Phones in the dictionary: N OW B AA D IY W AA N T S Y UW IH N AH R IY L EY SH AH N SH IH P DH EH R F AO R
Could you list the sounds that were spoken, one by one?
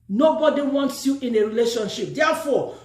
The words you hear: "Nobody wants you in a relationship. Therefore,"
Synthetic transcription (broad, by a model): N OW B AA D IY W AA N T S Y UW IH N AH R IY L EY SH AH N SH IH P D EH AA F AO